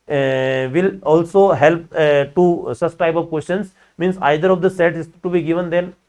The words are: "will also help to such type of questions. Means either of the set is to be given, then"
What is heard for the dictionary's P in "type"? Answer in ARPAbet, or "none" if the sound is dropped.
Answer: B